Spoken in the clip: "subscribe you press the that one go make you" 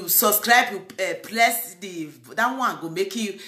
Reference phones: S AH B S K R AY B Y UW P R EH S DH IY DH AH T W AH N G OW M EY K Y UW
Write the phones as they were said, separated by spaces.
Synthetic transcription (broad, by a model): S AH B S K R AY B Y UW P L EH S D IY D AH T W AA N G OW M EY K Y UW